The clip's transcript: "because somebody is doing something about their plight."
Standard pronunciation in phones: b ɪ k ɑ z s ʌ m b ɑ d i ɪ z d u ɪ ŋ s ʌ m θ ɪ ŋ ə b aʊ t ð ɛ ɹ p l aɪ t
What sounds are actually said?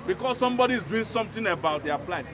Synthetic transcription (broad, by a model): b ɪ k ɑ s s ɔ m b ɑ d i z d u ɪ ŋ s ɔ m t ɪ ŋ ə b aʊ t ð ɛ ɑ p l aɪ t